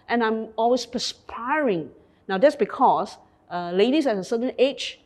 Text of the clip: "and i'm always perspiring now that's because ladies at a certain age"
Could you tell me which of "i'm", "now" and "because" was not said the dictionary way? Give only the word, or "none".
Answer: because